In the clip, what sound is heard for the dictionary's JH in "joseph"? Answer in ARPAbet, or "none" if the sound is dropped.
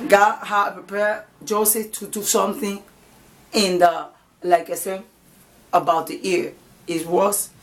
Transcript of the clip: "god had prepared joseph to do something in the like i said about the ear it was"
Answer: JH